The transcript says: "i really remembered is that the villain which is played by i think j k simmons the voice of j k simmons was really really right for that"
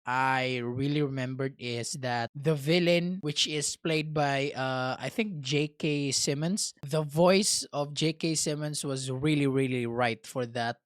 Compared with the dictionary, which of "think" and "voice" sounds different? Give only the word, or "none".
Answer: none